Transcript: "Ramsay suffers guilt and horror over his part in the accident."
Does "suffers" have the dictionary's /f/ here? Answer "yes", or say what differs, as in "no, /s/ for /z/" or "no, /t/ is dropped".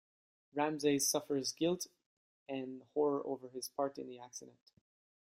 yes